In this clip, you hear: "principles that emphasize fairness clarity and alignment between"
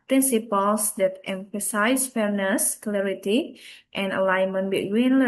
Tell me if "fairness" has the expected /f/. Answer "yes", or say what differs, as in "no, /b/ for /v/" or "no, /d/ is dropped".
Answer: yes